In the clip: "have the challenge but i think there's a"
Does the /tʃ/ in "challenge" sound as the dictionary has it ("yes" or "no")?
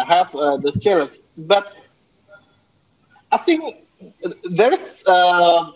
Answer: no